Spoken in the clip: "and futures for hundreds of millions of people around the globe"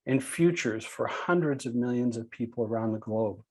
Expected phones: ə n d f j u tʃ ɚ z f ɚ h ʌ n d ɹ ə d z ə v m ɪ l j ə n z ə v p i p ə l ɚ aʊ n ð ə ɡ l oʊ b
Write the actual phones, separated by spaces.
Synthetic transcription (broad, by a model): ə n f j u tʃ ɚ z f ɚ h ʌ n d ɹ ə d z ə v m ɪ l j ə n z ə v p i p l ɚ aʊ n ð ə ɡ l oʊ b